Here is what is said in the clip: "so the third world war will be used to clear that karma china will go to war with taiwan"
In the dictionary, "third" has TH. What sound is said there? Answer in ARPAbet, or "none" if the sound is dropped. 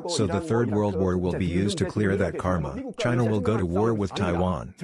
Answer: TH